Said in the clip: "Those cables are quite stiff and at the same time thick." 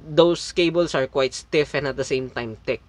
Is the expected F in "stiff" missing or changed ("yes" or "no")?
no